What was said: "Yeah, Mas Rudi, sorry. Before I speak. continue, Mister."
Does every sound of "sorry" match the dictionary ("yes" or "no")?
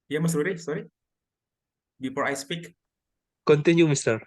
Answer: yes